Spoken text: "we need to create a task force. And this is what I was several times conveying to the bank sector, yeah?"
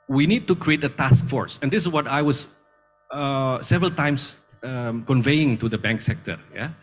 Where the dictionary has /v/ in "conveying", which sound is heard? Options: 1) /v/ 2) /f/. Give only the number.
1